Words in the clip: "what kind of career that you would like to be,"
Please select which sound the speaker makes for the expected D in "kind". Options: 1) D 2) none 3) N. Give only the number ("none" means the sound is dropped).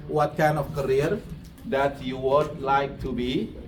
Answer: 2